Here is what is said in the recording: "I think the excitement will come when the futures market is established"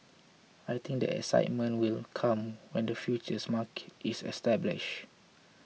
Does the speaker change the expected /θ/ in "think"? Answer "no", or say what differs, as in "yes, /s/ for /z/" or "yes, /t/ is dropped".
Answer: yes, /t/ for /θ/